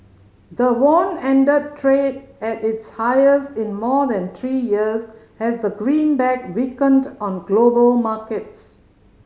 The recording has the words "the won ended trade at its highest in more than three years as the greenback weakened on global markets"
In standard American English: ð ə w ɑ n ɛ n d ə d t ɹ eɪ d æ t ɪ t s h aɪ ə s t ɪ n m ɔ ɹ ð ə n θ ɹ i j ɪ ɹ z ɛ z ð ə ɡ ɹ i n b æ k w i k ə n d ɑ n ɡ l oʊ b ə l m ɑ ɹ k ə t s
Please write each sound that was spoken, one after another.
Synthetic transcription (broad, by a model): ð ə w ɑ n ɛ n d ə d t ɹ eɪ d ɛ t ɪ t s h aɪ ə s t ɪ n m ɔ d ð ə n t ɹ i j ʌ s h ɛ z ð ə ɡ ɹ i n b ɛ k w i k ə n d ɑ n ɡ l oʊ b ə l m ɑ k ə t s